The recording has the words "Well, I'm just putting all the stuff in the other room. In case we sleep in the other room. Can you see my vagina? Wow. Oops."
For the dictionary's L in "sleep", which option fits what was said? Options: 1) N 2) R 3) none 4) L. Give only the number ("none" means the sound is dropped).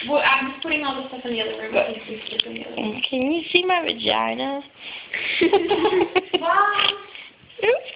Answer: 3